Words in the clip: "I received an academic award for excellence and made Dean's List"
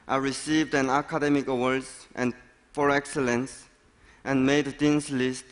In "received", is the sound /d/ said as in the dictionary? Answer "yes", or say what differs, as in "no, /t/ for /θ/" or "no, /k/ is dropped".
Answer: yes